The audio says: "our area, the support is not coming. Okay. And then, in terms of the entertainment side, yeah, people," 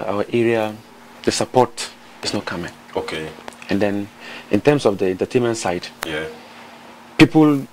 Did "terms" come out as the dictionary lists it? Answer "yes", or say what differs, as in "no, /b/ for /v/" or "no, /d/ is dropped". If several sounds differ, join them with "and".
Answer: no, /s/ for /z/